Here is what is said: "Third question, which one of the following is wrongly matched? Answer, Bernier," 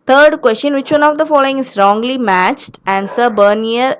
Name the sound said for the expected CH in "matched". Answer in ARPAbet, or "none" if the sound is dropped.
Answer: CH